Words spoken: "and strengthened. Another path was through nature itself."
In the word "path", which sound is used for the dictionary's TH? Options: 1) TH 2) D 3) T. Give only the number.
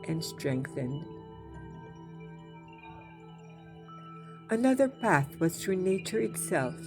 1